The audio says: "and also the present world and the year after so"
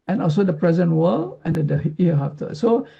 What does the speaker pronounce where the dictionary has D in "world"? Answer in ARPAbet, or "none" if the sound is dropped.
none